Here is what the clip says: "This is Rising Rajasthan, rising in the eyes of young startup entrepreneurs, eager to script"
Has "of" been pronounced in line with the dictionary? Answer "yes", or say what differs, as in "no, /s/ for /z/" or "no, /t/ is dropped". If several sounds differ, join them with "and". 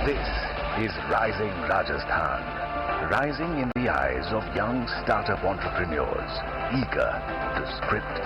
yes